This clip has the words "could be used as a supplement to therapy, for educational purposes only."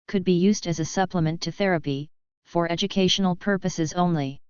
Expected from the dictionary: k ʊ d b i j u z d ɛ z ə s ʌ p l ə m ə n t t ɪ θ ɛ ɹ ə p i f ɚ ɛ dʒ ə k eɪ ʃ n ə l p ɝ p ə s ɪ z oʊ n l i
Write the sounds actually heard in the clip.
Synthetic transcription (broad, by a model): k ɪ d b i j u z d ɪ z ə s ʌ p l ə m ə n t t ɪ θ ɛ ɹ ə p i f ɚ ɛ dʒ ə k eɪ ʃ n l p ɝ p ə s ɪ z oʊ n l i